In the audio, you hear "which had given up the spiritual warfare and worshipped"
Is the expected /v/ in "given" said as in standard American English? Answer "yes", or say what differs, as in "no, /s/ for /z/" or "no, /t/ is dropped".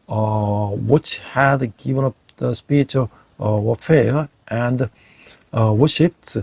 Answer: yes